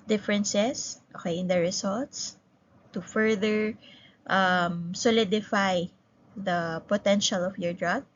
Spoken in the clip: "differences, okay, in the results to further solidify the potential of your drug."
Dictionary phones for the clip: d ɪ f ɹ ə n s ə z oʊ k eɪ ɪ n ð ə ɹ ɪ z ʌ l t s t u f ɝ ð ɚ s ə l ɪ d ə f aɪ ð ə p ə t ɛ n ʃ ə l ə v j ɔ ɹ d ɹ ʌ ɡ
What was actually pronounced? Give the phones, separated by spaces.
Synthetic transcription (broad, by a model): d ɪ f ɹ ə n s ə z oʊ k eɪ ɪ n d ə ɹ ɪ s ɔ l t s t u f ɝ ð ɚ s ə l ɪ d ə f aɪ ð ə p ə t ɛ n ʃ ə l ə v j ɔ ɹ d ɹ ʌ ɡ